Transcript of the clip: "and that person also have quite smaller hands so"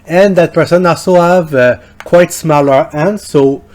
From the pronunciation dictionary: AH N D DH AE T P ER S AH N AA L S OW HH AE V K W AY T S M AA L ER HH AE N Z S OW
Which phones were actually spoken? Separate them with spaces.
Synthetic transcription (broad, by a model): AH N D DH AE T P ER S AH N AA S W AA V K W AY T S M AA L ER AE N S OW